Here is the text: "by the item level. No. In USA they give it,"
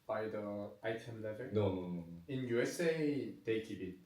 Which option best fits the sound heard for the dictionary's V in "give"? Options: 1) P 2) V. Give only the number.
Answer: 1